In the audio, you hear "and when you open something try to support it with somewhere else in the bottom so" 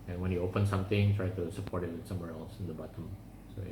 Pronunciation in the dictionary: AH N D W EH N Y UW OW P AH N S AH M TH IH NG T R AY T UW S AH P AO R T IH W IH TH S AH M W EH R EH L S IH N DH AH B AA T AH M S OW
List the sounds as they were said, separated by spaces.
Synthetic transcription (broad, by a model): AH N W EH N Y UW OW P AH N S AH M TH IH NG T R AY T UW S AH P AO R T IH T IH S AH M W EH R EH L S IH N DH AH B AA T AH M S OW